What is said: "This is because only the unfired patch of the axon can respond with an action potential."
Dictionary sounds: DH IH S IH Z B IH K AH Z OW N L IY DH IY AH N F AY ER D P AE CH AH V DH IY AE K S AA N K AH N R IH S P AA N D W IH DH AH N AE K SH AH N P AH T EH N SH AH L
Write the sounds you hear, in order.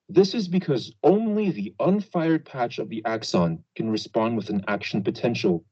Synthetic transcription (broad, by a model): DH IH S IH Z B IH K AH Z OW N L IY DH IY AH N F AY ER D P AE CH AH V DH IY AE K S AA N K AH N R IH S P AA N D W IH DH AH N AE K SH N P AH T EH N SH L